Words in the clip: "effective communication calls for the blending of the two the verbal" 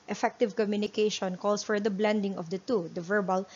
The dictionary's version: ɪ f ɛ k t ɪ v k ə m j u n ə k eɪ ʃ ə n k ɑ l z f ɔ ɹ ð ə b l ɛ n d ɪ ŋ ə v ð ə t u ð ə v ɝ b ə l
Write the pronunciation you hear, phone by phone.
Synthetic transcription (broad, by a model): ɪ f ɛ k t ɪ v k ə m j u n ə k eɪ ʃ ə n k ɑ l s f ɔ ɹ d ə b l ɛ n d ɪ ŋ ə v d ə t u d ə v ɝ b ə l